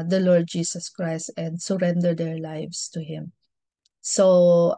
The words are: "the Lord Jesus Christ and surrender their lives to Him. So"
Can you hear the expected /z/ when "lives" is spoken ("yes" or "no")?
no